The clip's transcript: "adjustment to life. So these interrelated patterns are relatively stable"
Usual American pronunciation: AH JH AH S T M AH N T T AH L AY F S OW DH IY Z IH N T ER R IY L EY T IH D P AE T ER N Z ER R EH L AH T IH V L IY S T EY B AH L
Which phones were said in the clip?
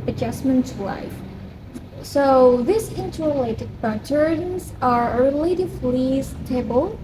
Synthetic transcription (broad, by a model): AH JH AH S M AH N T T L AY F S OW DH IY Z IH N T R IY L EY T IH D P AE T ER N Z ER R L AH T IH F L IY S T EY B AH L